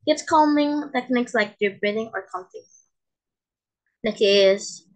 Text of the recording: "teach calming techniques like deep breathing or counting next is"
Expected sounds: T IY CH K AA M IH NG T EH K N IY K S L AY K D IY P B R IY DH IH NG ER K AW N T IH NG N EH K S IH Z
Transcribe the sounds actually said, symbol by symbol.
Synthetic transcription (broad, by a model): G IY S K AA M IH NG T EH K N IY K S L AY K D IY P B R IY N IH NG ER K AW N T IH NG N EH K IH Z